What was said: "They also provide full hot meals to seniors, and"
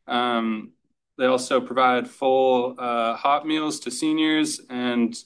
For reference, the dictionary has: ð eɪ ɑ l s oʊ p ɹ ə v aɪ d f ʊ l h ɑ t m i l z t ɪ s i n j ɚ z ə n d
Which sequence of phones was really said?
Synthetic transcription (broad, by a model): ð eɪ ɑ l s oʊ p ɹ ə v aɪ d f ʊ l h ɑ t m i l z t ɪ s i n j ɚ z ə n